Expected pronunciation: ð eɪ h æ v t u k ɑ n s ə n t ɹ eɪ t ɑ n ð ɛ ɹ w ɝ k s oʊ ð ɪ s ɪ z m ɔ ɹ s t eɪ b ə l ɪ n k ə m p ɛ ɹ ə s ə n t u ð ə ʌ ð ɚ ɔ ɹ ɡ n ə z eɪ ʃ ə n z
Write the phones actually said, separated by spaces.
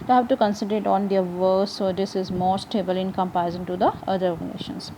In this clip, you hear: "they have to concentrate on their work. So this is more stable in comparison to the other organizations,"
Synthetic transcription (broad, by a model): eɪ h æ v t u k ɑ n s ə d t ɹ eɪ t ɑ n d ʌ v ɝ s oʊ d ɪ s ɪ z m ɔ ɹ s t eɪ b ə l ɪ n k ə m p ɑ ə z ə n t u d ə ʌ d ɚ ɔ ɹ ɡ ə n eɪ ʃ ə n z